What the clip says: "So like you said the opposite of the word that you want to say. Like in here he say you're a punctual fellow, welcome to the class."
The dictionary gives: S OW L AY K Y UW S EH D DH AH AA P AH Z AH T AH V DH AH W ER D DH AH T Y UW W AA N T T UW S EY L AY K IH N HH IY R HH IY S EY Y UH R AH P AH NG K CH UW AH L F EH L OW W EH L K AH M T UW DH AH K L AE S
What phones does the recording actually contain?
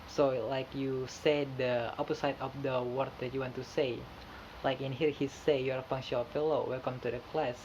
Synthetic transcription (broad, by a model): S OW L AY K Y UW S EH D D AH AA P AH S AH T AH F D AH W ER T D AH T Y UW W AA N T T UW S EY L AY K IH N HH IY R HH IY S EY Y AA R AH F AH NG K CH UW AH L F EH L OW W EH L K AH M T UW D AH K L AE S